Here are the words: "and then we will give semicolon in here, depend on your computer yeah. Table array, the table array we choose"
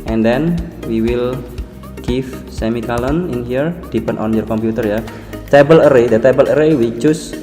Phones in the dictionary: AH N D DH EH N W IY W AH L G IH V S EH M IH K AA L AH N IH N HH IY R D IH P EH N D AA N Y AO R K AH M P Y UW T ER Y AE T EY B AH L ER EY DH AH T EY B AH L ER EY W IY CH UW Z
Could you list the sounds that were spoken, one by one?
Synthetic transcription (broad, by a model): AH N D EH N W IY W AH L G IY F S EH M IH K AA L AH N IH N HH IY R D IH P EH N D AA N Y AO R K AH M P Y UW T ER Y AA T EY B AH L ER EY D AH T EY B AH L ER EY W IY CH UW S